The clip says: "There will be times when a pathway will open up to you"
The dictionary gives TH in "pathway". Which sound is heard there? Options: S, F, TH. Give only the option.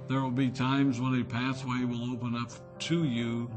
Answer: S